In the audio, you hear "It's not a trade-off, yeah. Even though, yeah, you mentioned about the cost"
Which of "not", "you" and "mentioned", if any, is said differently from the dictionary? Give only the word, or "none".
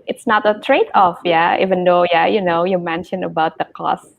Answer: mentioned